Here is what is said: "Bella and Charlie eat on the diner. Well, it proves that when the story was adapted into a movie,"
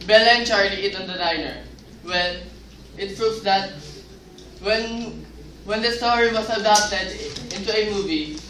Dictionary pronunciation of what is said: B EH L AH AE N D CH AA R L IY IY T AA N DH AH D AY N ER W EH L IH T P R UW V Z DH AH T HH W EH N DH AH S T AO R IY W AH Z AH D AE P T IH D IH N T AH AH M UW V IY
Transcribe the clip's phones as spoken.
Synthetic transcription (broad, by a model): B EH L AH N CH AA R L IY IY T AA N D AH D AY N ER W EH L IH T P R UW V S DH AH T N W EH N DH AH S T AO R IY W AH S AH D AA P T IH D IH N T AH AH M UW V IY